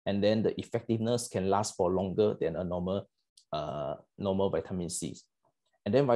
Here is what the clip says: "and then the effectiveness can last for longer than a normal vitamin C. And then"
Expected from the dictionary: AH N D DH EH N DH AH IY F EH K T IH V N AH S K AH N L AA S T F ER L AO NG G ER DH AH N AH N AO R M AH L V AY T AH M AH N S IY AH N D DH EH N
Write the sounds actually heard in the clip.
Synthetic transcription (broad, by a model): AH N D EH N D AH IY F EH K T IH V N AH S K AH N L AA S T F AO L AO NG G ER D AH N AH N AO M M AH L V AY T AH M AH N S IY AH N D EH N